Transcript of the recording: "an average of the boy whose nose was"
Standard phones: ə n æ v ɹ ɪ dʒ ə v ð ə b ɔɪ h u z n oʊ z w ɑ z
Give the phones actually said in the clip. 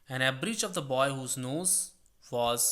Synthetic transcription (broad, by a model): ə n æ b ɹ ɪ tʃ ə v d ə b ɔɪ h u z n oʊ z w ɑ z